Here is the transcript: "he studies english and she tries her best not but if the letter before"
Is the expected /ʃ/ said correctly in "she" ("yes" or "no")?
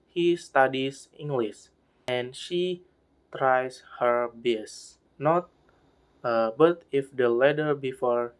yes